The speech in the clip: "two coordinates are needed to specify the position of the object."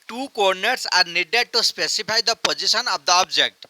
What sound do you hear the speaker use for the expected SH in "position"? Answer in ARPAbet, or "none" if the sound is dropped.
S